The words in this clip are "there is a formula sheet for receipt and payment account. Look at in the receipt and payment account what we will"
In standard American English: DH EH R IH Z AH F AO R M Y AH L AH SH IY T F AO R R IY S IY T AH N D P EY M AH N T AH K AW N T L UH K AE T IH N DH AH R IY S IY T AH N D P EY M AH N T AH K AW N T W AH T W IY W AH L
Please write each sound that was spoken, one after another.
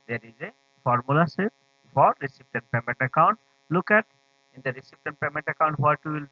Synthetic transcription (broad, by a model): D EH R IH Z AH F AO R M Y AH L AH S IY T F AO R R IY S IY T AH N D P EY M AH N T AH K AW N T L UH K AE T IH N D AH R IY S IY T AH N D P EY M AH N T AH K AW N T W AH T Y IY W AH L